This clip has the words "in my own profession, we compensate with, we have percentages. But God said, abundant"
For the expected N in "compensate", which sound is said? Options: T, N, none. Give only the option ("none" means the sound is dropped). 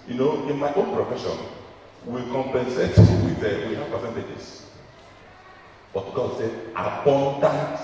N